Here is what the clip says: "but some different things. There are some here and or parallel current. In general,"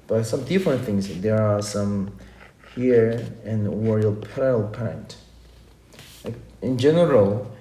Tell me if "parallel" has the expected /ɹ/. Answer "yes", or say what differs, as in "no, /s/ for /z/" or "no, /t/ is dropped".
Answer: no, /ɹ/ is dropped